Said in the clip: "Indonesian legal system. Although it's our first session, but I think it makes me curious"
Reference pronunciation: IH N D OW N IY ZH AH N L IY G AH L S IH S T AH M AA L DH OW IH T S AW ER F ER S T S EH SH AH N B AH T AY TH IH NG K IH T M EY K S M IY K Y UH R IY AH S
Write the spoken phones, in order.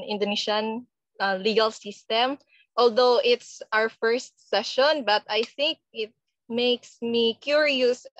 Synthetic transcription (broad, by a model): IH N D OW N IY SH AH N L IY G AH L S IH S T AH M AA L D OW IH T S AW ER F ER S T S EH SH AH N B AH T AY TH IH NG K IH T M EY K S M IY K Y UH R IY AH S